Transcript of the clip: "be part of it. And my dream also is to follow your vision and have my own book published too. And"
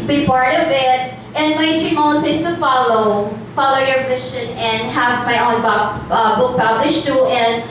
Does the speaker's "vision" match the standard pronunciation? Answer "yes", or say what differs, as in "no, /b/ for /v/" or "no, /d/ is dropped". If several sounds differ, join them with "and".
no, /ʃ/ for /ʒ/